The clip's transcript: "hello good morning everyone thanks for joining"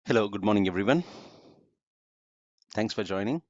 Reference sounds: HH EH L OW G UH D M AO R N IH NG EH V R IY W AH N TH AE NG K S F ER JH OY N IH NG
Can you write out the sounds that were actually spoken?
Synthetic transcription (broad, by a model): HH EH L OW G UH D M AO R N IH NG EH V R IY W AH N TH AE NG K S F ER JH OY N IH NG